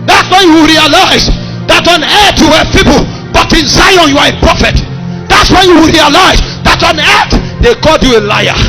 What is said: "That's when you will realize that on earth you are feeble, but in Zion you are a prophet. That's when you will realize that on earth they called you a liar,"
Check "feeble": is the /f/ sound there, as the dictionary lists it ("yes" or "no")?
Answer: no